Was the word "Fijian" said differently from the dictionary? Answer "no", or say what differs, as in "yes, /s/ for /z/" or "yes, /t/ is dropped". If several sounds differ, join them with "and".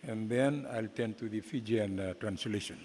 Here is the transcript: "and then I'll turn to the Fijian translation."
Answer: no